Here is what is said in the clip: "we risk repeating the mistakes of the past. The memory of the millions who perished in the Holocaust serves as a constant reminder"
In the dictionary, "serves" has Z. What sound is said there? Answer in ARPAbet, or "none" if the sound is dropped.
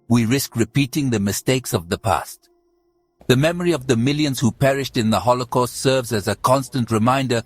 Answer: Z